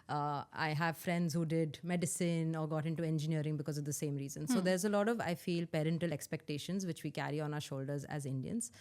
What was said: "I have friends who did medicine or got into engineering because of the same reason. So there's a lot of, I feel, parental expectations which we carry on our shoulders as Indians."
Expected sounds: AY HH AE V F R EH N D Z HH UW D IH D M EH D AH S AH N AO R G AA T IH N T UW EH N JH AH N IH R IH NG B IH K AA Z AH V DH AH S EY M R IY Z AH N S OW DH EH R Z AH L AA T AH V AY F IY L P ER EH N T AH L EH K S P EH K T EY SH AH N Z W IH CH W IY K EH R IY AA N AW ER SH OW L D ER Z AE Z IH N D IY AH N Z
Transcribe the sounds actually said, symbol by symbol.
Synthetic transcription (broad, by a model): AY HH AE V F R EH N D Z HH UW D IH D M EH D AH S AH N AO R G AA T IH N T UW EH N JH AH N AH R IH NG B IH K AA Z AH V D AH S EY M R IY Z AH N S OW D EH R Z AH L AA T AH V AY F IY L P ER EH N T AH L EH K S P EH K T EY SH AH N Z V IH CH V IY K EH R IY AA N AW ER SH OW L D ER Z AE Z IH N D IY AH N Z